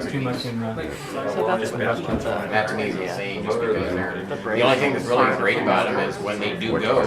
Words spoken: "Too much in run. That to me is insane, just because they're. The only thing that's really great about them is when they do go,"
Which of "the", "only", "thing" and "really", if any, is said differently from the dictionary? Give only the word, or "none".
none